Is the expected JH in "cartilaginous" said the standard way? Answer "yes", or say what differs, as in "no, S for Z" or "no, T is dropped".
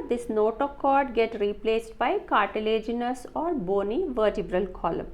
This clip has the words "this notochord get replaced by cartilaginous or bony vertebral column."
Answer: yes